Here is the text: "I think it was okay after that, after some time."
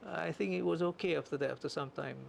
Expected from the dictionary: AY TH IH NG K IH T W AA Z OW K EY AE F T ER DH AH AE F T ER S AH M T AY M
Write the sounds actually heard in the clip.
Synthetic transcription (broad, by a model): AY TH IH NG K IH T W AA Z OW K EY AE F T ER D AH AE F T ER S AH M T AY M